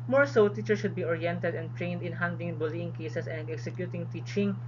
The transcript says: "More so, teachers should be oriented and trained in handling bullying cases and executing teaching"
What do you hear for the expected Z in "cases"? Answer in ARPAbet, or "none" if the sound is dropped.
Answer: S